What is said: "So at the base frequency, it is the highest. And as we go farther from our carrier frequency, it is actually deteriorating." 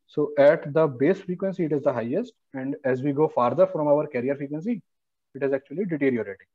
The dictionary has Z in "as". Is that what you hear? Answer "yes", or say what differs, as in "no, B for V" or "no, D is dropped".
yes